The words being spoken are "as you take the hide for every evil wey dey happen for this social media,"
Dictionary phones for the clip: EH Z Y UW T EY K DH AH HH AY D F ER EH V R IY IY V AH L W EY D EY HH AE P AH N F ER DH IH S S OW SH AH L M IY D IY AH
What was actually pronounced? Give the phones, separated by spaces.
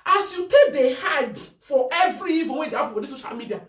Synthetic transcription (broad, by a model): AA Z Y UW T EY K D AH HH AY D F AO EH V R IY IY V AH N W EY D EY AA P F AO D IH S S OW SH AH L M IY D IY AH